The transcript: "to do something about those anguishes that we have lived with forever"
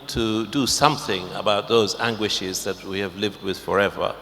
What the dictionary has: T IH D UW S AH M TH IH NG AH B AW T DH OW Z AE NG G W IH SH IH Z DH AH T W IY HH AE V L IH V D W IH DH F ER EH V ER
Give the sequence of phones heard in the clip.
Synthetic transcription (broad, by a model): T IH D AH S AH M TH IH NG AH B AW T DH OW Z AE NG G W IH SH IH Z DH AH T W IY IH V L IH V D W IH DH F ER EH V ER